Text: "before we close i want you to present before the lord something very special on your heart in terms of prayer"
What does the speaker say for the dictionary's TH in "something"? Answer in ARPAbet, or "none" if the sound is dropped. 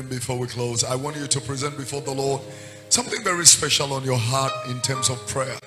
TH